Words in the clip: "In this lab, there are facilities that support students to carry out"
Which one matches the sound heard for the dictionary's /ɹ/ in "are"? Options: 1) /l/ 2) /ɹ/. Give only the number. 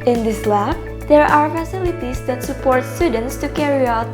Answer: 2